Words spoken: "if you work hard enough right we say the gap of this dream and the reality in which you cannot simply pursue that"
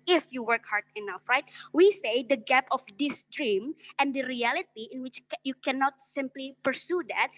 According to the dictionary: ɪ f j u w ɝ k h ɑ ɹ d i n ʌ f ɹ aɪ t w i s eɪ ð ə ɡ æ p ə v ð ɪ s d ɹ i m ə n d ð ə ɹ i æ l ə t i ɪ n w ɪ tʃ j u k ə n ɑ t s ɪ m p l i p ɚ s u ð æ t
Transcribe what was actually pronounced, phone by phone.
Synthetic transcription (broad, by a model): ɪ f j u w ɝ k h ɑ ɹ d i n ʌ f ɹ aɪ t w i s eɪ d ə ɡ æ p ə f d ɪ s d ɹ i m ə n d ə ɹ i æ l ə t i ɪ n w ɪ tʃ j u k ə n ɑ t s ɪ m p l i p ɚ s u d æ t